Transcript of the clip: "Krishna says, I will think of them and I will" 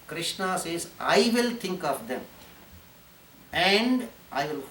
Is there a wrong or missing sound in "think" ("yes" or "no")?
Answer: yes